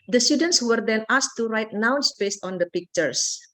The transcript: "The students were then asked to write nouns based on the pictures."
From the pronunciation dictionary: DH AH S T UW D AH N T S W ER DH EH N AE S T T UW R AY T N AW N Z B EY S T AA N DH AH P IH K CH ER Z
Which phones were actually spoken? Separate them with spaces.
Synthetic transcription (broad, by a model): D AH S T UW D AH N T S W ER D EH N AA S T T UW R AY T N AW N S B EY S T AA N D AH P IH K CH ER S